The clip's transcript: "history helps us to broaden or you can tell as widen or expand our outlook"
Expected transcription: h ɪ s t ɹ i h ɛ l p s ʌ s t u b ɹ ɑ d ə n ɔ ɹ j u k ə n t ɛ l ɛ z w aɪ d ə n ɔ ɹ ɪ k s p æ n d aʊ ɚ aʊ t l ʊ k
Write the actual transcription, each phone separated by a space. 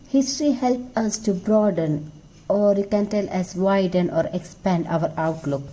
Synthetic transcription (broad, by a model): h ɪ s t ɹ i h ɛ l p ʌ s t u b ɹ ɑ d ə n ɔ ɹ j u k ə n t ɛ l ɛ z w aɪ d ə n ɔ ɹ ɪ k s p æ n d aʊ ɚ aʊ t l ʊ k